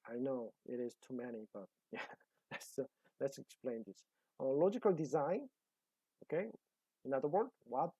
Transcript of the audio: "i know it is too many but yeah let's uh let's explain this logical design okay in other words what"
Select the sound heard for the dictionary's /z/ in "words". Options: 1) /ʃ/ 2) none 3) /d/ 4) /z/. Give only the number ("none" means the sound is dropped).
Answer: 2